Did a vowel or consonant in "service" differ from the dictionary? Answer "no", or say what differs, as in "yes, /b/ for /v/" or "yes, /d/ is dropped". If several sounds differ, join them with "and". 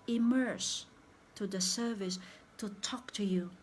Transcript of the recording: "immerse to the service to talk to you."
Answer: no